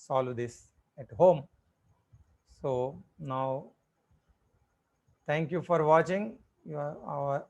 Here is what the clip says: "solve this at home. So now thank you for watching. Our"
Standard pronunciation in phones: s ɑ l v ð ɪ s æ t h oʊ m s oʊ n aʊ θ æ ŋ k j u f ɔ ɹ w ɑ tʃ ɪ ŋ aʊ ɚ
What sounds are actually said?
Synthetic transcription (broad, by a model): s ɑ l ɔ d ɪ s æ t h oʊ m s oʊ n aʊ t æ ŋ k j u f ɔ ɹ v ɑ tʃ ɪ ŋ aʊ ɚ